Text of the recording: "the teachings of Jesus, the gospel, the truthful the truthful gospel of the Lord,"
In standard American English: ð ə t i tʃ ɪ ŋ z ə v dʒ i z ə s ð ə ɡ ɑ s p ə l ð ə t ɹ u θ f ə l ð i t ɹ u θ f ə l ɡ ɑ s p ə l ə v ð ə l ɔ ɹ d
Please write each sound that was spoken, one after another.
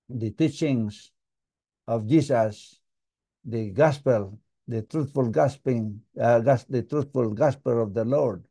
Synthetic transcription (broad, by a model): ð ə t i tʃ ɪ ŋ s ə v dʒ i s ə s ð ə ɡ ɑ s p ə l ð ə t ɹ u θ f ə l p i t ɹ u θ f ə l ɡ ɑ s p ə l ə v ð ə l ɔ ɹ d